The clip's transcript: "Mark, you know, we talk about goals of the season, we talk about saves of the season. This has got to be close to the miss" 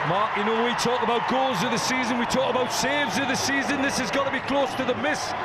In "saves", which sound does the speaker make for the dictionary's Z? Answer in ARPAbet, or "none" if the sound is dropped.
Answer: Z